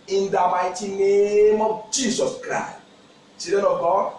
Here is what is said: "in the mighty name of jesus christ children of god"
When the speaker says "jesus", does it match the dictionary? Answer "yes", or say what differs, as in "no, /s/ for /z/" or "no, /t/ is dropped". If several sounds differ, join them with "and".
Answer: no, /s/ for /z/